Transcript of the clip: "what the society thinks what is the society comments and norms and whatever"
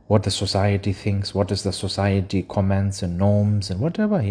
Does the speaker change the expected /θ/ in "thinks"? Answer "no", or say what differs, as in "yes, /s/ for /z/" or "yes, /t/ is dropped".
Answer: no